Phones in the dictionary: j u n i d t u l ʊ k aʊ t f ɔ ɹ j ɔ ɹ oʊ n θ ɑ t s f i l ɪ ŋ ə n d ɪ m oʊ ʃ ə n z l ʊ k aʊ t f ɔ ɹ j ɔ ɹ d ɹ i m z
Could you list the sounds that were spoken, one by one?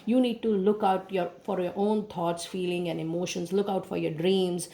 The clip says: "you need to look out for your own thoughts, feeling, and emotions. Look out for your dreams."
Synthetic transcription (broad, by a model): j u n i d t u l ʊ k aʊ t f ɔ ɹ j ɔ ɹ oʊ n t ɑ t s f i l ɪ ŋ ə n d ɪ m oʊ ʃ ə n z l ʊ k aʊ t f ɔ ɹ j ɔ ɹ d ɹ i m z